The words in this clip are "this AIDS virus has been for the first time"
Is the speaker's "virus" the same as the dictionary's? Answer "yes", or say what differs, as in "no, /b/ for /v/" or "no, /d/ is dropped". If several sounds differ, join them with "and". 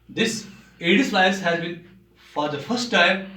no, /ɹ/ is dropped